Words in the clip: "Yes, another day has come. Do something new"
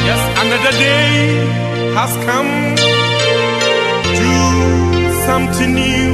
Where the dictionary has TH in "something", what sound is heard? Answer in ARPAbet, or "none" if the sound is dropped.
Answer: T